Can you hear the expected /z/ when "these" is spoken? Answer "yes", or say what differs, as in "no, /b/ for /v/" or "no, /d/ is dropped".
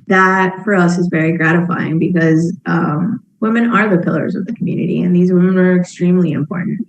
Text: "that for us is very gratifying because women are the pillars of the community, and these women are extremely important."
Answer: yes